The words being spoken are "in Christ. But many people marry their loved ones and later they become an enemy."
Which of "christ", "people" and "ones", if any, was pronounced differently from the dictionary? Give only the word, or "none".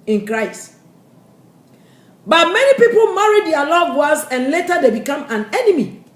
ones